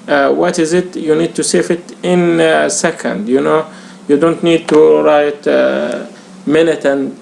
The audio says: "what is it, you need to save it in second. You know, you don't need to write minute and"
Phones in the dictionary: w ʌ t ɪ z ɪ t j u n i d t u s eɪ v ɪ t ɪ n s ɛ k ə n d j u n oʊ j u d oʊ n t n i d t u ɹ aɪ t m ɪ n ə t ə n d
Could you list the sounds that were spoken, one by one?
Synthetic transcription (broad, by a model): w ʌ t ɪ z ɪ t j u n i d t u s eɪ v ɪ t ɪ n s ɛ k ə n d j u n oʊ j u d oʊ n t n i d t u ɹ aɪ t m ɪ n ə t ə n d